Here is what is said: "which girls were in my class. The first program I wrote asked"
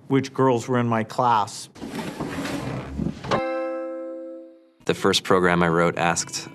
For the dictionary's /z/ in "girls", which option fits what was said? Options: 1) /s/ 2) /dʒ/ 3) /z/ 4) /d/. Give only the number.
3